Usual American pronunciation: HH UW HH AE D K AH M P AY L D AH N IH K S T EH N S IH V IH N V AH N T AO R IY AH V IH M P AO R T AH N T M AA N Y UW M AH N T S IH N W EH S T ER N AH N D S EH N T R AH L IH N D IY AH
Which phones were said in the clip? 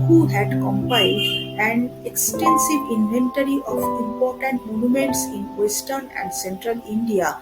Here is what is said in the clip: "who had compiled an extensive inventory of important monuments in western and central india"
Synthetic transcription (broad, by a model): HH UW HH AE D K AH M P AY D AH N IH K S T EH N S IH V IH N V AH N T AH R IY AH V IH M P AO R T AH N T M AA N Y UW M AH N T S IH N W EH S T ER N AH N D S EH N T R AH L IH N D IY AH